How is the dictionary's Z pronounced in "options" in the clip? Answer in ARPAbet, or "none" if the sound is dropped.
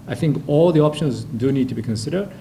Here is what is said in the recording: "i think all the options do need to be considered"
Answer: Z